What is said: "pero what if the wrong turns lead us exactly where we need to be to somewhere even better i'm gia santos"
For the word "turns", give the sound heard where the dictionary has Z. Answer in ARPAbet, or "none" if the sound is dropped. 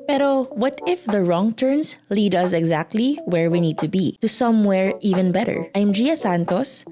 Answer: S